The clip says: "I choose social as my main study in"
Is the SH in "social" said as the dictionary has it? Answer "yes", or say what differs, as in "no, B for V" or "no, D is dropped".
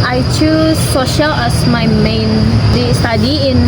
yes